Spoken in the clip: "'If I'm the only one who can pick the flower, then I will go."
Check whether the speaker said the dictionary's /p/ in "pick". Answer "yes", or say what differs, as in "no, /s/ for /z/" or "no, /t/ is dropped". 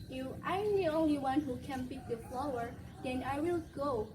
no, /b/ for /p/